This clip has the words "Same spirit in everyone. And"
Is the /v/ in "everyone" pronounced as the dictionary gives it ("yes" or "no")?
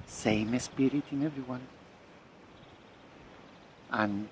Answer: yes